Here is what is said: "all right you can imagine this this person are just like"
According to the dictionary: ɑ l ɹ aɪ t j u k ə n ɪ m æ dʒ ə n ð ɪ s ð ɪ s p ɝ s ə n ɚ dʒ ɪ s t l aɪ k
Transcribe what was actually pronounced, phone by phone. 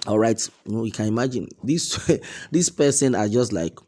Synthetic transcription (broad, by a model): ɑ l ɹ aɪ t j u k ə n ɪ m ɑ dʒ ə n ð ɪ s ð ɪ s p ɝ s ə n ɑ dʒ ɪ s t l aɪ k